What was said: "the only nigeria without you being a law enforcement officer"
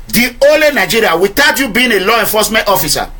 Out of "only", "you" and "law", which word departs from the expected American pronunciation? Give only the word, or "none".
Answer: only